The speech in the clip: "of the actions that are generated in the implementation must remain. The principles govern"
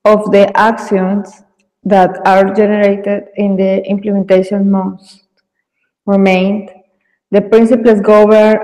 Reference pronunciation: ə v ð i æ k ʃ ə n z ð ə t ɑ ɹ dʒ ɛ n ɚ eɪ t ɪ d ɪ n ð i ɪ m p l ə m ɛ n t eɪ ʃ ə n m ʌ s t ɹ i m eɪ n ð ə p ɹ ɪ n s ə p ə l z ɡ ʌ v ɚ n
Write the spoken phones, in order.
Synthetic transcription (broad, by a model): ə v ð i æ k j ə n s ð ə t ɑ ɹ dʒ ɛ n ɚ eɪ t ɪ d ɪ n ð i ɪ m p l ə m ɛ n t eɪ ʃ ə n m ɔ s t ɹ i m eɪ n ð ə p ɹ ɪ n s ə p l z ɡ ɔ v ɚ